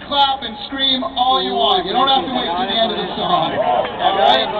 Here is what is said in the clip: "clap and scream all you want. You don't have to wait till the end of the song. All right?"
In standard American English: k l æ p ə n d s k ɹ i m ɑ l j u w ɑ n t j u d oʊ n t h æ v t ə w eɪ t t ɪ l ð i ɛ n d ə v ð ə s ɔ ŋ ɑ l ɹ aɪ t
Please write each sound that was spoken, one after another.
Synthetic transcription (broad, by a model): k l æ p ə n s k ɹ i m ɑ l j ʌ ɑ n j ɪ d oʊ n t h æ f t ə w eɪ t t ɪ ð i ɛ n d ə v ð ə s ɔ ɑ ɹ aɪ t